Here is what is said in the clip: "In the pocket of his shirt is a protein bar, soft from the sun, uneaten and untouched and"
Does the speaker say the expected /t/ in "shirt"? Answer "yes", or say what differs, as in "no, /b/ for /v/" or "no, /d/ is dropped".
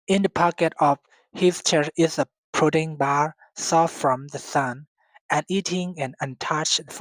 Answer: no, /t/ is dropped